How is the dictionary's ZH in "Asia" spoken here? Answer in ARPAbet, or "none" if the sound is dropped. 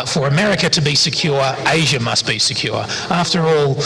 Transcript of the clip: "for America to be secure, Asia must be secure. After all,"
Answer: ZH